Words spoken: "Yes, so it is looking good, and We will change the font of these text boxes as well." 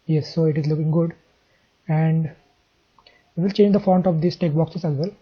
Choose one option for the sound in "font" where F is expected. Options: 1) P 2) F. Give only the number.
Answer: 2